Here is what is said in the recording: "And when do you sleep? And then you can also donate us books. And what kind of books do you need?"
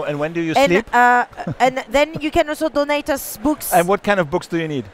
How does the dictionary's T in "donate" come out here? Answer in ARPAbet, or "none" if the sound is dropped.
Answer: T